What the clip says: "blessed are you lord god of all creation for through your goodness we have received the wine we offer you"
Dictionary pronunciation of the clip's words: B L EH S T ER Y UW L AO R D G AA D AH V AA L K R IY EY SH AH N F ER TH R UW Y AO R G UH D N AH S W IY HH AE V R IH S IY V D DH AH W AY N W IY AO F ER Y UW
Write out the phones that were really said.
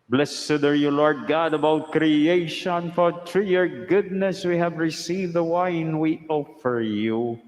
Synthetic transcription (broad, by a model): B L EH S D ER Y UW L AO R D G AA D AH B AA W K R IY EY SH AH N F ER T R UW Y AO R G UH D N AH S W IY HH AE V R IH S IY V D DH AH W AY N W IY AO F ER Y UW